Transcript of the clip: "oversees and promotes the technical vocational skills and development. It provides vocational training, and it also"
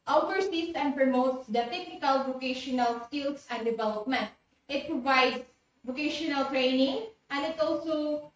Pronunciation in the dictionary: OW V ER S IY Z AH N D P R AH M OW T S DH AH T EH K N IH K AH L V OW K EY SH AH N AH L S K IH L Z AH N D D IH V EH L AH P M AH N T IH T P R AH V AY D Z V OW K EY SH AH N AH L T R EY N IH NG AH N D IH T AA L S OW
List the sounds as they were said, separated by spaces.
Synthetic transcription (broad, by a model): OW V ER S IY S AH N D P R AH M OW T S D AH T EH K N IH K AH L V OW K EY SH AH N AH L S K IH L S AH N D D IH V EH L AH P M AH N T IH T P R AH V AY D S V OW K EY SH AH N AH L T R EY N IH NG AH N D IH T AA L S OW